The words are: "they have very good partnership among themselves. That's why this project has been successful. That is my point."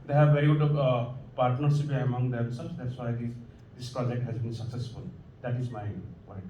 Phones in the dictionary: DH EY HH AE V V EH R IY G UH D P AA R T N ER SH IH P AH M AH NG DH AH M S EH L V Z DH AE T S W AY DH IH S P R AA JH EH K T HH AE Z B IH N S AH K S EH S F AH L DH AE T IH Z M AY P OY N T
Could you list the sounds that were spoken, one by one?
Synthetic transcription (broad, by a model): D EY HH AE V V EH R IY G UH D P AA R T N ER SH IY P AH M AH NG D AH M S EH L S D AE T S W AY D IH S P R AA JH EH K T HH AE Z B IH N S AH K S EH S F AH L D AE T IH Z M AY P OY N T